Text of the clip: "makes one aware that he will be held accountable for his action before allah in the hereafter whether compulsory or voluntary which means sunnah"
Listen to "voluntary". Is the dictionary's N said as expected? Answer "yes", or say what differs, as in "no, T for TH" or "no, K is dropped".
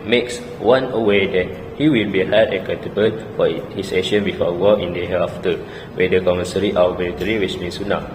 no, L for N